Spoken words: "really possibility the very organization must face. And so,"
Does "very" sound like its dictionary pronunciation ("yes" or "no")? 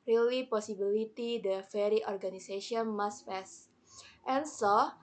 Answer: no